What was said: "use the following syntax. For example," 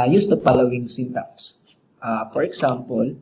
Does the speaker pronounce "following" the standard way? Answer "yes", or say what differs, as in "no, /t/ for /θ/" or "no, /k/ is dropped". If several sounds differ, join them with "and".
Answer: no, /p/ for /f/